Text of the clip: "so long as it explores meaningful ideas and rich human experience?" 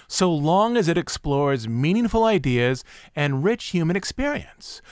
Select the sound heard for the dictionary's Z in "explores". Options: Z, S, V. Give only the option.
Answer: Z